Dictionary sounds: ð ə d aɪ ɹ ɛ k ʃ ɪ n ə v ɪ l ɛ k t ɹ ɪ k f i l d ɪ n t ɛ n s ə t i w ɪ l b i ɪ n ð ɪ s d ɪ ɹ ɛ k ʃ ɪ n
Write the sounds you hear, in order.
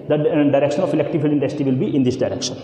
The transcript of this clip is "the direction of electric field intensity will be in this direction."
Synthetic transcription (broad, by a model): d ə d aɪ ɹ ɛ k ʃ ɪ n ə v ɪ l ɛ k t ɪ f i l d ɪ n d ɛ s t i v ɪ l b i ɪ n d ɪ s d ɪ ɹ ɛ k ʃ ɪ n